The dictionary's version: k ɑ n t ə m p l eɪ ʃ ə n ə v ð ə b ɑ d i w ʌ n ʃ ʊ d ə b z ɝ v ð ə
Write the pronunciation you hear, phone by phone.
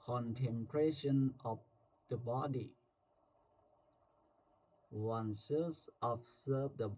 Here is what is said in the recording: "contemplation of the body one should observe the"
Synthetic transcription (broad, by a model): k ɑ n t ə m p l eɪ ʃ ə n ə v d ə b ɑ d i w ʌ n s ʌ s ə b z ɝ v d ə